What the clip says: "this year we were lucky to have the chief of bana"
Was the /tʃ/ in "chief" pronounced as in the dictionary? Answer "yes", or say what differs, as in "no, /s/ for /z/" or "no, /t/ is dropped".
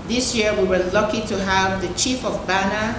yes